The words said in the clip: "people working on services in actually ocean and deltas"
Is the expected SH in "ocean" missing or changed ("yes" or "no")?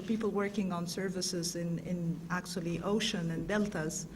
no